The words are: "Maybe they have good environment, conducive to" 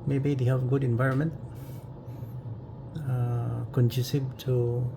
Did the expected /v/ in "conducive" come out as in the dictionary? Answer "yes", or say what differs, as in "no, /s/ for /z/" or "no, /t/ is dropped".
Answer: no, /b/ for /v/